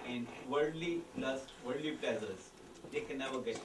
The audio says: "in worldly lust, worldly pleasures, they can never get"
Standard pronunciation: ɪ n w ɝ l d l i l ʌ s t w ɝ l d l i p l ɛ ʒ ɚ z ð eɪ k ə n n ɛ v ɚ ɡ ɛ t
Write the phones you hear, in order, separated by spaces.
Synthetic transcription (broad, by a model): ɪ n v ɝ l d l i l ʌ s t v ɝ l d l i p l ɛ z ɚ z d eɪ k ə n n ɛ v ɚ ɡ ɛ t